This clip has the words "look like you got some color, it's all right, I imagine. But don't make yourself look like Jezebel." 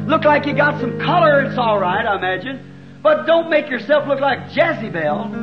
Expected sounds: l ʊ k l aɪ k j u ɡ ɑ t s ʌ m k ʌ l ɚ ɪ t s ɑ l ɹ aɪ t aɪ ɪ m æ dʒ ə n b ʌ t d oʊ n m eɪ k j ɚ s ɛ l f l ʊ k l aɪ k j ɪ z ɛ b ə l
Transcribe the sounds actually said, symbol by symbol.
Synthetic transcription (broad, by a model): l ʊ k l aɪ k j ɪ ɡ ɑ t s ʌ m k ʌ l ɚ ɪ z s ɑ l ɹ aɪ t aɪ ɪ m æ dʒ ə n b ʌ t d oʊ n m eɪ k j ɚ s ɛ l f l ʊ k l aɪ k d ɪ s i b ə l